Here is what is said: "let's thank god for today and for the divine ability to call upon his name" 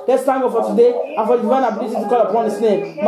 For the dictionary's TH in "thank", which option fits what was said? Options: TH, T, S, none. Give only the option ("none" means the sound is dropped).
T